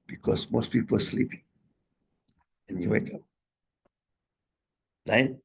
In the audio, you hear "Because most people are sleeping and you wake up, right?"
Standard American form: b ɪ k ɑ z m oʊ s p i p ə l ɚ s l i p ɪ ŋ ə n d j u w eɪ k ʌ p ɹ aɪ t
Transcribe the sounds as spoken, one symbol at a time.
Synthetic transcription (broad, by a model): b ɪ k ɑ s m oʊ s p i p ə l s l i p ɪ ŋ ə n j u w eɪ k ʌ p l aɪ